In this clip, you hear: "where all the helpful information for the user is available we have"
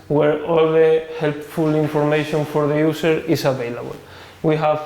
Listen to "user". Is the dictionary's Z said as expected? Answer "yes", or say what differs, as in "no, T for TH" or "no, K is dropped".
no, S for Z